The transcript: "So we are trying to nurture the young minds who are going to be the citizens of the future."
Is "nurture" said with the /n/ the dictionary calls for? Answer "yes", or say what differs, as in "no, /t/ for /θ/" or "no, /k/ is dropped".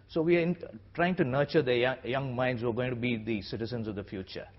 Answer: yes